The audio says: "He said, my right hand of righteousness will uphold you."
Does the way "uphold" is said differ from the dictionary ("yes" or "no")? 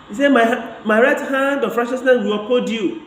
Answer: yes